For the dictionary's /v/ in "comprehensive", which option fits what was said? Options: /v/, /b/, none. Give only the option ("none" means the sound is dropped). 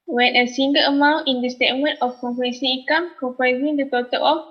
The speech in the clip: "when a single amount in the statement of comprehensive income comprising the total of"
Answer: none